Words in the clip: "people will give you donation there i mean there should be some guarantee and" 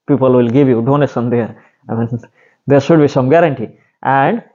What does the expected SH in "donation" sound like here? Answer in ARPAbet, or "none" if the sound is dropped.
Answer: S